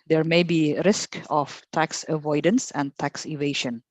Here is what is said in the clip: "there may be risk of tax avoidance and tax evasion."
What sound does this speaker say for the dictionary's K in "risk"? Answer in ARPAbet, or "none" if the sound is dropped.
K